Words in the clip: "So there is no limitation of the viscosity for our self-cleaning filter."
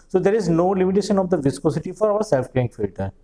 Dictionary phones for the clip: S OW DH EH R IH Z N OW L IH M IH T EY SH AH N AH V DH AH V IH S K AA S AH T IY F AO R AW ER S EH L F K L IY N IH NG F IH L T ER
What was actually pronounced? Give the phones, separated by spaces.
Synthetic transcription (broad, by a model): S OW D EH R IH Z N OW L IH M IH T EY SH AH N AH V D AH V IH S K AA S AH T IY F AO R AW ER S EH L F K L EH IH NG F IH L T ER